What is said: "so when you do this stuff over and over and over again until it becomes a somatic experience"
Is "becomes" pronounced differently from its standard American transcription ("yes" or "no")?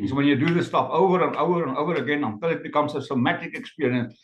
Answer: yes